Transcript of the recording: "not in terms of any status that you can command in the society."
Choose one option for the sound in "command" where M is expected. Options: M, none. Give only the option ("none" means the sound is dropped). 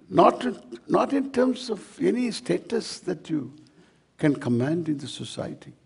M